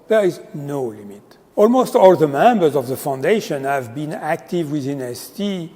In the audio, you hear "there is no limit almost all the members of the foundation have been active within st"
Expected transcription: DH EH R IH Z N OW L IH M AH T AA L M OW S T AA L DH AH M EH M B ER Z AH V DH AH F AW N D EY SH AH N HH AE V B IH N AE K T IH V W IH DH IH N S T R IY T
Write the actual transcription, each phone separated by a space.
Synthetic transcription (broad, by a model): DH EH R IH Z N OW L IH M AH T AA L M OW S T AA L DH AH M EH M B ER Z AH V DH AH F AW N D EY SH AH N HH AE V B IH N AE K T IH V W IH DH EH N S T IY